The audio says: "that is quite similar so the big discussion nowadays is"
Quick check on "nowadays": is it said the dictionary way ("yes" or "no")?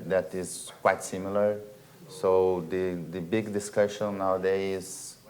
no